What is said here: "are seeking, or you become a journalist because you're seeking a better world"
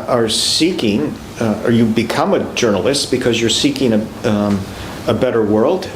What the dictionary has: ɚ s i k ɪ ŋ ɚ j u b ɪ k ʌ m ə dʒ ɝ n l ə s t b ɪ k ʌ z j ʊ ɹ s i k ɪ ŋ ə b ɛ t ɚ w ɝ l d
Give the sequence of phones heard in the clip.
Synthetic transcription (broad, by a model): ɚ s i k ɪ ŋ ɚ j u b ɪ k ʌ m ə dʒ ɝ n l ə s t b ɪ k ʌ z j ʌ ɹ s i k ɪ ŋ ə b ɛ t ɚ w ɝ l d